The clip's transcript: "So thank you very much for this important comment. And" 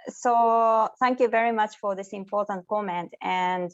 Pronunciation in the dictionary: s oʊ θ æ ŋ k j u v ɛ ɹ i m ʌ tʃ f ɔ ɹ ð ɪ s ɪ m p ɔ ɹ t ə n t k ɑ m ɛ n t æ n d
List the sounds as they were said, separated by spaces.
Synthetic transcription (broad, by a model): s oʊ θ æ ŋ k j u v ɛ ɹ i m ʌ tʃ f ɔ ɹ ð ɪ s ɪ m p ɔ ɹ t ə n t k ɑ m ɛ n t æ n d